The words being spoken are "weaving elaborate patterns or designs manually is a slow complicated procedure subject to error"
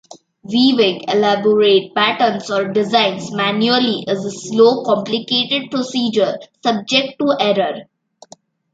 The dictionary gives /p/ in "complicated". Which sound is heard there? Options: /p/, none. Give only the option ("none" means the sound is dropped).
/p/